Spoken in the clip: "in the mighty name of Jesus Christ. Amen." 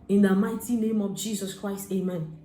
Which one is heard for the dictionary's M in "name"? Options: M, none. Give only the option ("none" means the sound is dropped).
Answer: M